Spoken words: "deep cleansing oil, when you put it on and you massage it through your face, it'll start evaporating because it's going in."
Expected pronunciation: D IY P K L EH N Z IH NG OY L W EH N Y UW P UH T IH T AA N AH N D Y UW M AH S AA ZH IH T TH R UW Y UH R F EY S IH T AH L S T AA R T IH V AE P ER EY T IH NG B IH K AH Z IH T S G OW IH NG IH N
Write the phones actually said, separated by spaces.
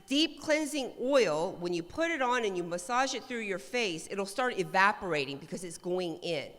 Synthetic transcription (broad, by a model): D IY P K L EH N Z IH NG OY L W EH N Y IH P UH T IH T N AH N Y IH M AH S AA ZH IH T TH R UW Y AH R F EY S IH T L S T AA R T IH V AE P ER EY T IH NG B IH K AH Z IH T S G OW IH NG IH N